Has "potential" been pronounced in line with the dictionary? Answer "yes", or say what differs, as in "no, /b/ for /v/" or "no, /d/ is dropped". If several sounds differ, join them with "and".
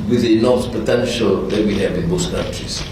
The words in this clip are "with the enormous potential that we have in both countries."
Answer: yes